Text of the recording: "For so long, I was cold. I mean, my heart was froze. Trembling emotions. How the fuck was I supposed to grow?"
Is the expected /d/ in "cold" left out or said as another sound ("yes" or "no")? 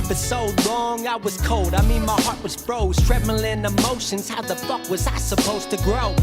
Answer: no